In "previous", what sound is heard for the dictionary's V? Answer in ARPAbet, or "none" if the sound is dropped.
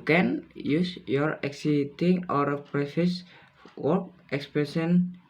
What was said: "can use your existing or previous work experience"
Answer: F